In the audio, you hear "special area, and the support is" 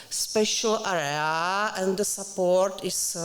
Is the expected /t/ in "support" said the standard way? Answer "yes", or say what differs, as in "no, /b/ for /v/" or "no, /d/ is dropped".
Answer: yes